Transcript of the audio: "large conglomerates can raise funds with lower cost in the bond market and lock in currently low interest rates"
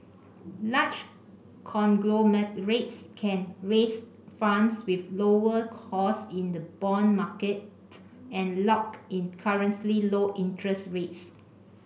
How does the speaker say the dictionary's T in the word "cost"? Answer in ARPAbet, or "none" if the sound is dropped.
none